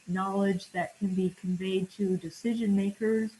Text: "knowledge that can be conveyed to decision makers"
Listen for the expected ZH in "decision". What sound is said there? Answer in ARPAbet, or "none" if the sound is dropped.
ZH